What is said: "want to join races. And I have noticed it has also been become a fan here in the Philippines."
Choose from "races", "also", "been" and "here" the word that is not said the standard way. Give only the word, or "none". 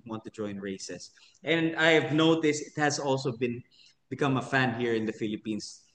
races